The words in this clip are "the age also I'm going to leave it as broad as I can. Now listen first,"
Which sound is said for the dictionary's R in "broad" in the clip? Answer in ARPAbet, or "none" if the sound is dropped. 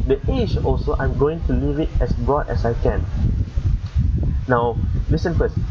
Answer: R